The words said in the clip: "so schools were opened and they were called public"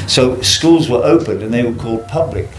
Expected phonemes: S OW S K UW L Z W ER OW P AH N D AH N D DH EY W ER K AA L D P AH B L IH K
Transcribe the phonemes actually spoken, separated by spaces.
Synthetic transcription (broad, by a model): S OW S K UW L Z W ER OW P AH N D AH N DH EY W ER K AA L D P AH B L IH K